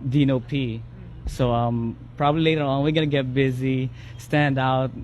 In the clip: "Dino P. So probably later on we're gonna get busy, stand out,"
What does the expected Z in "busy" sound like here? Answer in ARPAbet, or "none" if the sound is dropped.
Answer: Z